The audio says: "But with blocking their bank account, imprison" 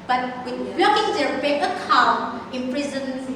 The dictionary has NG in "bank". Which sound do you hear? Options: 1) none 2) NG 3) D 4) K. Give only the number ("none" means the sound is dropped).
1